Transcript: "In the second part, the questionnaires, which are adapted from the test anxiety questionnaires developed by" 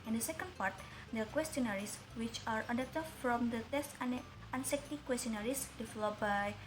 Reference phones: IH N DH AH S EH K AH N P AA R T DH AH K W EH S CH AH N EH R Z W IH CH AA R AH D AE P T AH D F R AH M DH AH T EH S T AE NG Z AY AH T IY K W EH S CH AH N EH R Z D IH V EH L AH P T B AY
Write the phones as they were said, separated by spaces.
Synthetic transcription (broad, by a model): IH N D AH S EH K AH N P AA R T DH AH K W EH S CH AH N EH R S W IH CH AA R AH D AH T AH F R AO M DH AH T EH S T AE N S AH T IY K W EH S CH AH N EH R S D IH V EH L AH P B AY